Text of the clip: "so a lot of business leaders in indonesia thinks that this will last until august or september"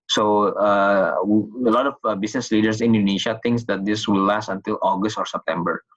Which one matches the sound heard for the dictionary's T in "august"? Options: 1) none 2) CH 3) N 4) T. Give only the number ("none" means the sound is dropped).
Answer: 4